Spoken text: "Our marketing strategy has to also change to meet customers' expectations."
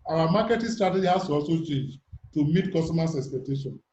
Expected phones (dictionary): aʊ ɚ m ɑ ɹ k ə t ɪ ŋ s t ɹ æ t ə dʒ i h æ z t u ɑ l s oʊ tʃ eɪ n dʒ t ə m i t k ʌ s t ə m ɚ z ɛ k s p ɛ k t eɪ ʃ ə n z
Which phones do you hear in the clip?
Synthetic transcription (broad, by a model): aʊ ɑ m ɑ k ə t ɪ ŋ s t ɹ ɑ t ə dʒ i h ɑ s t u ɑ s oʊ tʃ eɪ n dʒ t ə m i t k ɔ s t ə m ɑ s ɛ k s p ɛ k t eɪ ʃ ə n